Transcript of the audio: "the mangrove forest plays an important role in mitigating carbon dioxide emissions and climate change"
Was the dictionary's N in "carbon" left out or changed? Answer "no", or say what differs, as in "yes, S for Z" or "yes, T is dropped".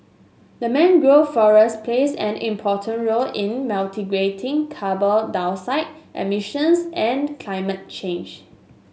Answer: yes, L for N